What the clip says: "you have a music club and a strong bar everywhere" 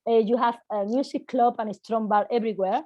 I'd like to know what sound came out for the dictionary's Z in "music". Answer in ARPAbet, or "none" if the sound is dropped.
S